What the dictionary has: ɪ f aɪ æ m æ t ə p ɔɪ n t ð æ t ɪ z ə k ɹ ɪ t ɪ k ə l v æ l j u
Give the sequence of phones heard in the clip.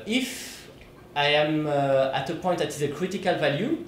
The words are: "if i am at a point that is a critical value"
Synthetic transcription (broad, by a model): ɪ f aɪ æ m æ t ə p ɔɪ t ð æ t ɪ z ə k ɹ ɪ t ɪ k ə l v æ l j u